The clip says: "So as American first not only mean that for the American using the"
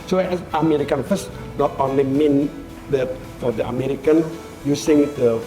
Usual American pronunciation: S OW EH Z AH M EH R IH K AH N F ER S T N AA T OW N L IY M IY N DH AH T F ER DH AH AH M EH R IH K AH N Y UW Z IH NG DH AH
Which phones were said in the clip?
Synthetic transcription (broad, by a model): S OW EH S AH M EH R IH K AH N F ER S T N AA T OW N L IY M IY N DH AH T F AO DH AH AH M EH R IH K AH N Y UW S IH NG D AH